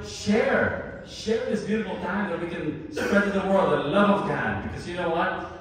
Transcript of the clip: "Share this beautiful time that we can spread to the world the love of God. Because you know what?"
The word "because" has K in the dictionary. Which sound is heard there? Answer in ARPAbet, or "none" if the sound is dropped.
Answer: K